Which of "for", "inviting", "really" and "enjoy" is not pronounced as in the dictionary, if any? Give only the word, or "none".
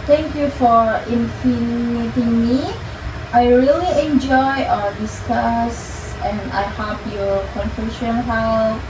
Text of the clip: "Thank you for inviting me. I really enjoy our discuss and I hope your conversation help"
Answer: inviting